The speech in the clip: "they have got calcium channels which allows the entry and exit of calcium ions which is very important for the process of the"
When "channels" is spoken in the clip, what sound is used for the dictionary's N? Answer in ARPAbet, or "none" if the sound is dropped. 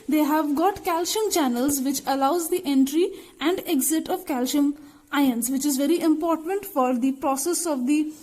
N